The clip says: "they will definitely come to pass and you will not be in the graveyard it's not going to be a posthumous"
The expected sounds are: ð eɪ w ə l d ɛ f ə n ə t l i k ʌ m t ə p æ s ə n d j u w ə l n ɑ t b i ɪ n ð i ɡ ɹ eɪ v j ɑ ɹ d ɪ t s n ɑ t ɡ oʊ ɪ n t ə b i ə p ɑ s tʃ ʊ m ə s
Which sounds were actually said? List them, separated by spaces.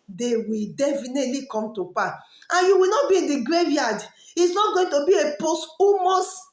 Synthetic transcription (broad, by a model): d eɪ w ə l d ɛ f ə n ə t l i k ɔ m t ə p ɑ ə n j u w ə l n ɑ t b i ɪ n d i ɡ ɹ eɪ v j ɑ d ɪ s n ɑ t ɡ oʊ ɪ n t ə b i ə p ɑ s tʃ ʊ m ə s